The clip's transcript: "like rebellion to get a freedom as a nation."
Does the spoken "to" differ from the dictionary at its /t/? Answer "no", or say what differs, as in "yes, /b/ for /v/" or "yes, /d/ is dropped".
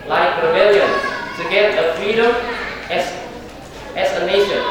yes, /s/ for /t/